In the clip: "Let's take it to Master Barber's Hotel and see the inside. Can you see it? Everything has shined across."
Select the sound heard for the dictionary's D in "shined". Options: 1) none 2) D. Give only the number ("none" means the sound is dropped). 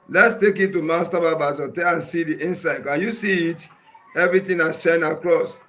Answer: 1